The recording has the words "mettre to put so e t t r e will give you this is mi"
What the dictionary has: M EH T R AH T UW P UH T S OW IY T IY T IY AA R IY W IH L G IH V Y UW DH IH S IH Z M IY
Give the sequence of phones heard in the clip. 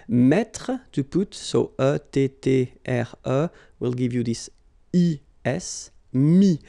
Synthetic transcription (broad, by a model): M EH T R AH T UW P UH T S OW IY T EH T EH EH R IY W IH L G IH V Y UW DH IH S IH S M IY